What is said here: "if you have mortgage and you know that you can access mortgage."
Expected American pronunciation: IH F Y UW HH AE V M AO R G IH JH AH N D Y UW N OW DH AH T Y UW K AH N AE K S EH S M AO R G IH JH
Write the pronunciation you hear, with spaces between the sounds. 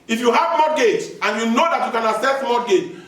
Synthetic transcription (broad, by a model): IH F Y UW HH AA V M AO G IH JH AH N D Y UW N OW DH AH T Y UW K AH N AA S EH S M AO G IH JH